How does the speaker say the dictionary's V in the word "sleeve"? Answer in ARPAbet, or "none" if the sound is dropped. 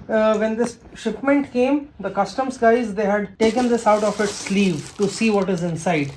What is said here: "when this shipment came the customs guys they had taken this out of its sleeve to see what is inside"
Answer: V